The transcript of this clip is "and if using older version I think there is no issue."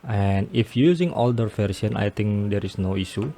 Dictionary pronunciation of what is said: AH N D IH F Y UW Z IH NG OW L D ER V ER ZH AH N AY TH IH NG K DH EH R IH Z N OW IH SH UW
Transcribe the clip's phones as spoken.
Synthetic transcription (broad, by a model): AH N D IH F Y UW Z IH NG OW L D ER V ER S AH N AY T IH NG K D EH R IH S N OW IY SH UW